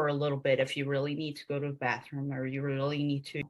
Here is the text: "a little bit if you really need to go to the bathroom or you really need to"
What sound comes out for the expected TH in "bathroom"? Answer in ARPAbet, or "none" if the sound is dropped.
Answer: TH